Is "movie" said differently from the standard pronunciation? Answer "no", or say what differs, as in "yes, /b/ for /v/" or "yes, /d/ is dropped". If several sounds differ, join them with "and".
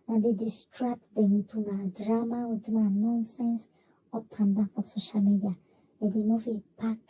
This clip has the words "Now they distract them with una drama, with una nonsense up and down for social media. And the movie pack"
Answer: yes, /f/ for /v/